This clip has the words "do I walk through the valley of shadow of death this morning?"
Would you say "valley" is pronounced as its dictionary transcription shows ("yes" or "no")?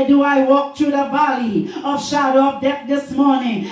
no